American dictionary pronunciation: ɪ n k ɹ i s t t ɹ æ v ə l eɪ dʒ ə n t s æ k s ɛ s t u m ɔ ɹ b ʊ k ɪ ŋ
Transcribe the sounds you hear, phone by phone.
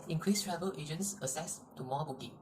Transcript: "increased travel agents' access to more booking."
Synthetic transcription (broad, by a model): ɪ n k ɹ i s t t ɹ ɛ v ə l eɪ dʒ ə n t s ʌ s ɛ s t u m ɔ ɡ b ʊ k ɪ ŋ